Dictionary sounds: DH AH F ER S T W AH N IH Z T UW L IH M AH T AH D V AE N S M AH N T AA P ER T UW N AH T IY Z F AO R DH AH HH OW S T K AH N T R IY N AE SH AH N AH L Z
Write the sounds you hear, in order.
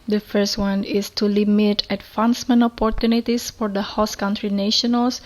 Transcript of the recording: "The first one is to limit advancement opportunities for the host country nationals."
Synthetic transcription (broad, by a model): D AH F ER S T W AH N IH S T UW L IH M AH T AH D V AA N S M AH N AA P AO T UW N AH T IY S F AO R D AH HH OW S K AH N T R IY N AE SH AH N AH L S